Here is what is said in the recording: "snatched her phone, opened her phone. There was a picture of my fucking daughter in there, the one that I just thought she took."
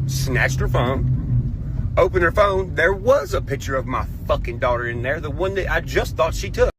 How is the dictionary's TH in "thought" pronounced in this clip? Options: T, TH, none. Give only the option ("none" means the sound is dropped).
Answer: TH